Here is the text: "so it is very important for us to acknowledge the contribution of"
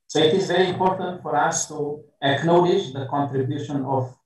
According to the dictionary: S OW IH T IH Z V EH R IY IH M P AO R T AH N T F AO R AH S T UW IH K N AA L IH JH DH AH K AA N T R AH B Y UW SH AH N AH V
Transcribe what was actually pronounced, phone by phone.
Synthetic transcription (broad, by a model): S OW IH T IH Z V EH R IY IH M P AO R T AH N T F AO R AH S T UW IH K N AA L IH JH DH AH K AA N T R AH B Y UW SH AH N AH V